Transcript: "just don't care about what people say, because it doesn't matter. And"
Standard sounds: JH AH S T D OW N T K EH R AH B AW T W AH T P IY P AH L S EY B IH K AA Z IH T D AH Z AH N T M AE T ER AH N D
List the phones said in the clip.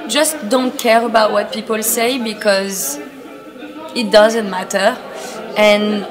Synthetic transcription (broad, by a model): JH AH S T D OW N T K EH R AH B AW T W AH T P IY P AH L S EY B IH K AA Z IH T D AH Z AH N T M AE T ER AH N